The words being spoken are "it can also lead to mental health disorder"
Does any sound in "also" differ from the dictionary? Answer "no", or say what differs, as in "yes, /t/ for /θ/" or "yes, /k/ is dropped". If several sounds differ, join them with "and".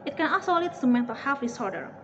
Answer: yes, /l/ is dropped